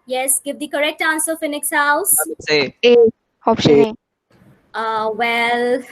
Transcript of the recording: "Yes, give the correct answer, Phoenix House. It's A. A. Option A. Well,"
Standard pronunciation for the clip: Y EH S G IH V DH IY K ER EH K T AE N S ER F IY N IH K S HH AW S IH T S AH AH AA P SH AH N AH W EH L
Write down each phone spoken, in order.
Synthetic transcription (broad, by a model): Y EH S G IH V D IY K ER EH K T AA N S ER F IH N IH K S HH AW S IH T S AH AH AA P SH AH AH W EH L